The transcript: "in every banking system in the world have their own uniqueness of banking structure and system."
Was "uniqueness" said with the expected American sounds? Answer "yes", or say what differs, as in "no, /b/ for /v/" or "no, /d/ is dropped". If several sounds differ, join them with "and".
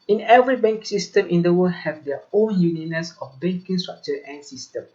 no, /k/ is dropped